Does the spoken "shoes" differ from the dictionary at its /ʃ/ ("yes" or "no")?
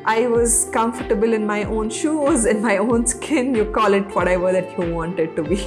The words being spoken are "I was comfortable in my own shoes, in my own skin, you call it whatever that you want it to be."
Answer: no